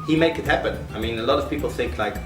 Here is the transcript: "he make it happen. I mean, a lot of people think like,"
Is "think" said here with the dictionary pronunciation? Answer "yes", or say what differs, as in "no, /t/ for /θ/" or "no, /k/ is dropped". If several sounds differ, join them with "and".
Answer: yes